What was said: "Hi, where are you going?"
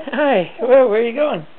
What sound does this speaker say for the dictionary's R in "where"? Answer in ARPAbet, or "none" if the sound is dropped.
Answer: W